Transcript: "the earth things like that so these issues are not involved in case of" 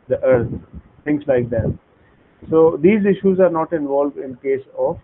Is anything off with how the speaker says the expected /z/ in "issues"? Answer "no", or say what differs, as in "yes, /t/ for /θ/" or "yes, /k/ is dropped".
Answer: no